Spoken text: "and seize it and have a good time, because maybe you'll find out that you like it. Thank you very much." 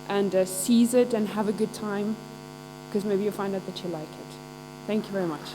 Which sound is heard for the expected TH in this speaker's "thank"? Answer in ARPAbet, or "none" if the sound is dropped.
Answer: TH